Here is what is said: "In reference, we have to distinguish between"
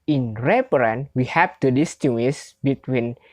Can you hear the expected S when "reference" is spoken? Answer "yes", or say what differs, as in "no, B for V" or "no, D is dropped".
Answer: no, S is dropped